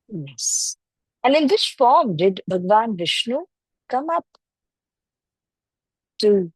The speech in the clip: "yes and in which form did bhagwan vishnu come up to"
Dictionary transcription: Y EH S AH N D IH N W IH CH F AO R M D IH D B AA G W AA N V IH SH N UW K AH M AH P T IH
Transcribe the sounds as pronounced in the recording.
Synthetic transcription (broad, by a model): Y EH S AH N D IH N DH IH S F AO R M D IH D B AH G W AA N V IH SH N UW K AH M AH P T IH